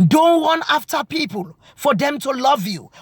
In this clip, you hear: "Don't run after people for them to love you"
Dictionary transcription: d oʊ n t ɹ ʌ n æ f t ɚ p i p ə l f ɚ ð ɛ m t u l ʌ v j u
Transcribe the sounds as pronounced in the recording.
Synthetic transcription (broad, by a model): d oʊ n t w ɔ n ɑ f t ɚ p i p ə l f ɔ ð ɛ m t u l ʌ v j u